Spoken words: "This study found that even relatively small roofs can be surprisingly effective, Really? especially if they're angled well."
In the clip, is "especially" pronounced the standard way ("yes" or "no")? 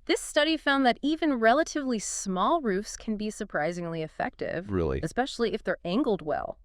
yes